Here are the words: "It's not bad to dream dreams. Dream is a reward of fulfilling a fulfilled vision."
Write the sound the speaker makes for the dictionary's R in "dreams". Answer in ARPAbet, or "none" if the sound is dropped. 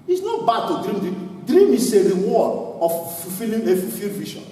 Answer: none